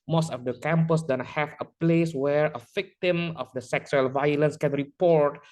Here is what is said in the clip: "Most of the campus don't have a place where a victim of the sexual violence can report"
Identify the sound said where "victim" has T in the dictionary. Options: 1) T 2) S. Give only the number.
1